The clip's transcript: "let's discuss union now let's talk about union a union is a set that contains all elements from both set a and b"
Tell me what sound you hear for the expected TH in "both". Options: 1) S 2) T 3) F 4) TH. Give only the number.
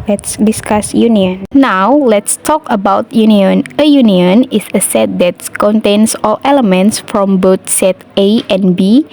2